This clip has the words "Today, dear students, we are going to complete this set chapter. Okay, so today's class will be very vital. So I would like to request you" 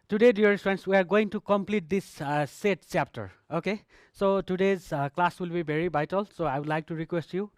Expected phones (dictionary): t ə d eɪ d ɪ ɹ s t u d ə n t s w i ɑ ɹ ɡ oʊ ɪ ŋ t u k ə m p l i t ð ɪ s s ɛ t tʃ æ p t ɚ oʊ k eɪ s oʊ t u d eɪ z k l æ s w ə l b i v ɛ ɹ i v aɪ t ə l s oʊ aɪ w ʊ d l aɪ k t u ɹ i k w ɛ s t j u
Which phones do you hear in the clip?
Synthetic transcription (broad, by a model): t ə d eɪ d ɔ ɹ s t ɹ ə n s w i ɑ ɹ ɡ oʊ ɪ ŋ t u k ə m p l i t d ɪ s s ɛ t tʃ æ p t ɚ oʊ k eɪ s oʊ t u d eɪ z k l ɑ s w ə l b i b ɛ ɹ i b aɪ t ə l s oʊ aɪ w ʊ d l aɪ k t u ɹ i k w ɛ s t j u